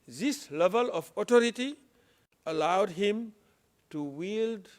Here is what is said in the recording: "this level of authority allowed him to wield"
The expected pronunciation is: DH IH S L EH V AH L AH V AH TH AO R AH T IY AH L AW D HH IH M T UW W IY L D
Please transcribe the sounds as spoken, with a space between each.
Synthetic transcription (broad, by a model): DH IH S L EH V AH L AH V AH T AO R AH T IY AH L AW D HH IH M T UW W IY L D